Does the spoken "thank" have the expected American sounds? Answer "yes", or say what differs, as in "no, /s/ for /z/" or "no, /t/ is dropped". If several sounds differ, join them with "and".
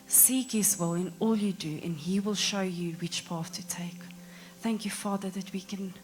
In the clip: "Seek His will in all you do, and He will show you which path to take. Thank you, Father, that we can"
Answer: yes